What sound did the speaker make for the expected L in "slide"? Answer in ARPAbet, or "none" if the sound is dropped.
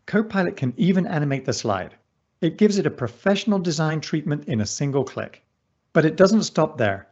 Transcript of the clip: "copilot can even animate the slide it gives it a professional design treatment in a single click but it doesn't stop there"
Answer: L